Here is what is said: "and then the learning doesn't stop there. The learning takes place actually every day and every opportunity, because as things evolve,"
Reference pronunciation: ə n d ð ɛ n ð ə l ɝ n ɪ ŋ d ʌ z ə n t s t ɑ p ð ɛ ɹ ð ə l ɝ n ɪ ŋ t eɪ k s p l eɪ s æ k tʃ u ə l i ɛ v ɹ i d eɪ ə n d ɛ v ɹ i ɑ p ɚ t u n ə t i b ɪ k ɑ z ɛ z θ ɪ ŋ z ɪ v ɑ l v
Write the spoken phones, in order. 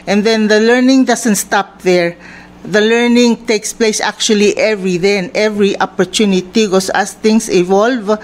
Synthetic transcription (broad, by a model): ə n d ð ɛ n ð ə l ɝ n ɪ ŋ d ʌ s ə n t s t ɑ p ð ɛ ɹ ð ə l ɝ n ɪ ŋ t eɪ k s p l eɪ s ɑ k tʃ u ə l i ɛ v ɹ i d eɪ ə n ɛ v ɹ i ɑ p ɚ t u n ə t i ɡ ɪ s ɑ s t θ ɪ ŋ s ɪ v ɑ l v